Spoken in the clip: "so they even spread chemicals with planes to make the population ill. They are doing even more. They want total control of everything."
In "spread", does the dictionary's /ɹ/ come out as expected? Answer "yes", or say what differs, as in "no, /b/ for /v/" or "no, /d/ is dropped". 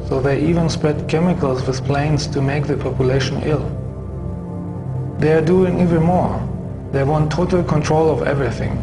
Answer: yes